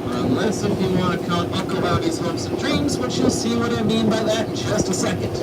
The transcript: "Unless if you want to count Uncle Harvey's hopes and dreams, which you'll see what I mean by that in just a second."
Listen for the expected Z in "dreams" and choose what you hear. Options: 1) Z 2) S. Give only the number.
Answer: 1